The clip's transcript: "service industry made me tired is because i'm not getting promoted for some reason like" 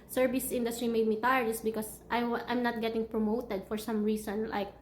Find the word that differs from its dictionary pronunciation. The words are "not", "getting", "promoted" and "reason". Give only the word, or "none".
reason